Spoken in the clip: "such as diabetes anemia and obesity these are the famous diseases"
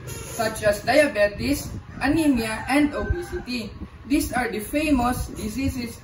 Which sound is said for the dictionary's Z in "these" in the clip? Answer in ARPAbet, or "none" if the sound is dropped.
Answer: S